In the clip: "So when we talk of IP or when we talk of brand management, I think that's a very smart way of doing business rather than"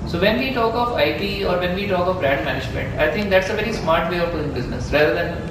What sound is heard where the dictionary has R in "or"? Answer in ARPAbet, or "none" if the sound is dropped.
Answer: R